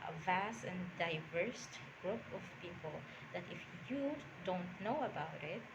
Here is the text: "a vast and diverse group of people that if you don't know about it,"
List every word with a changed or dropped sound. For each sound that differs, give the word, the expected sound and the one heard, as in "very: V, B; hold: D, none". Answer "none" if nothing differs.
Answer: none